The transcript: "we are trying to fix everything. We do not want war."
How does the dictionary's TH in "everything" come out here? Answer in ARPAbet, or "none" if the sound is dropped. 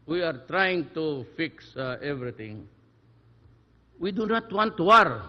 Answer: T